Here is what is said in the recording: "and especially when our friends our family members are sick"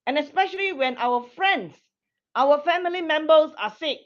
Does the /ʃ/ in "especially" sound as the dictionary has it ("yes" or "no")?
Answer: yes